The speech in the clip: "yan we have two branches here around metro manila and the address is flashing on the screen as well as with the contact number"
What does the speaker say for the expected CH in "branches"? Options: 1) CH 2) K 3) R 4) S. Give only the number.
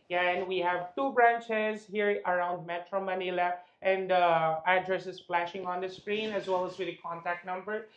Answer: 1